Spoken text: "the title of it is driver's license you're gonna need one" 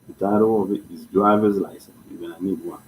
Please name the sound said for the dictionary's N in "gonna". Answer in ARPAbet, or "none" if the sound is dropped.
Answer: none